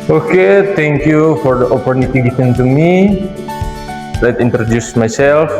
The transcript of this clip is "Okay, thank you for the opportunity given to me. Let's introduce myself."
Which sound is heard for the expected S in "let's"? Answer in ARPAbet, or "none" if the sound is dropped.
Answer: none